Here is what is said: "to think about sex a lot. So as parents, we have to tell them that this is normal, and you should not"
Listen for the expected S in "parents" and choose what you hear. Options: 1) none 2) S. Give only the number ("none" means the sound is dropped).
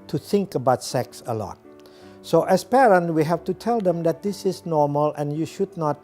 1